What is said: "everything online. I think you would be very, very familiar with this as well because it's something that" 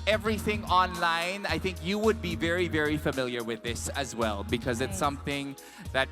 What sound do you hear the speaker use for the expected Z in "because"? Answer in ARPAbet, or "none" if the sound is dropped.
Z